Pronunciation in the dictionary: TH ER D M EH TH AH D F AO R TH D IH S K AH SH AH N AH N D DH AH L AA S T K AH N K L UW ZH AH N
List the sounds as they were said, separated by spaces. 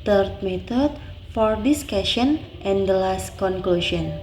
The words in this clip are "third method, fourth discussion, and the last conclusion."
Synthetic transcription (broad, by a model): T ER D M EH T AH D F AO R D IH S K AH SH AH N AH N D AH L AA S T K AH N K L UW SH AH N